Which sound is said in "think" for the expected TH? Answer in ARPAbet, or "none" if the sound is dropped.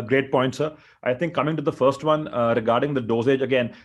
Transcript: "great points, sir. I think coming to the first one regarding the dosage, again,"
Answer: T